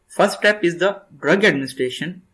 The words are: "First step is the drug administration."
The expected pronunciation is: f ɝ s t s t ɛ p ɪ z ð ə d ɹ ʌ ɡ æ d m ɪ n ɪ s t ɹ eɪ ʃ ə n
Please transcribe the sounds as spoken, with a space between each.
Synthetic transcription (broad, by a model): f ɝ s t t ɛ p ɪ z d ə d ɹ ʌ ɡ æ d m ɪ n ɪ s t ɹ eɪ ʃ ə n